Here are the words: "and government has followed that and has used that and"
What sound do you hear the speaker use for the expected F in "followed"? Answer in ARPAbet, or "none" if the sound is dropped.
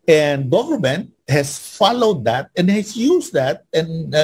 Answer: F